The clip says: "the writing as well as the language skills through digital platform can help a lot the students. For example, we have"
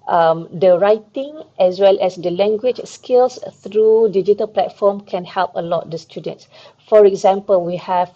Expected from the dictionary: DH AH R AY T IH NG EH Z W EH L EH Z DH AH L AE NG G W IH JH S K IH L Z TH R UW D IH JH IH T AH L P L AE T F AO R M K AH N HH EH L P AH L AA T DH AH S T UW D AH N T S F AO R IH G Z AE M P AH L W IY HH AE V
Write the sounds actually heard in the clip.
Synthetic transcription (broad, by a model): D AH R AY T IH NG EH S W EH L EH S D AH L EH NG G W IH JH S K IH L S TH R UW D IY JH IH T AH L P L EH T F AO M K AH N HH EH L P AH L AA T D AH S T UW D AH N T S F AO R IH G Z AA M P AH L W IY HH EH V